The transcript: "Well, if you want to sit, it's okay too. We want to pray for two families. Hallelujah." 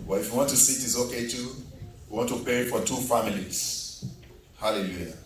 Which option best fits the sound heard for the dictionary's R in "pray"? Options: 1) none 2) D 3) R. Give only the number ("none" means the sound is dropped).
1